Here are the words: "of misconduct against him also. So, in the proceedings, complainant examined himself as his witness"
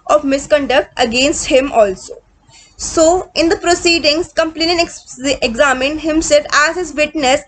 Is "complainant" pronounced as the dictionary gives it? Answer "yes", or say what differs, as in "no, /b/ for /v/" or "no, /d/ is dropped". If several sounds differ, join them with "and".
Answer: no, /t/ is dropped